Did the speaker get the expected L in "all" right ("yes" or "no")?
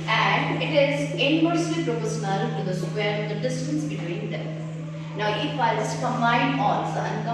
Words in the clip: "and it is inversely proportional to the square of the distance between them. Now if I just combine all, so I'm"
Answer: no